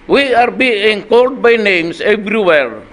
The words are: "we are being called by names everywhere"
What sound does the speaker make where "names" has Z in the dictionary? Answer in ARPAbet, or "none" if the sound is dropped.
S